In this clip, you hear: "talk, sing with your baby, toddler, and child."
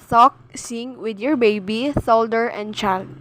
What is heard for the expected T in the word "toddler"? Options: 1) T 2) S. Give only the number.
2